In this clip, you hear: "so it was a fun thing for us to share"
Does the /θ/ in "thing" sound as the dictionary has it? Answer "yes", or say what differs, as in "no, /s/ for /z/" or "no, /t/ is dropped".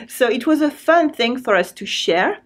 yes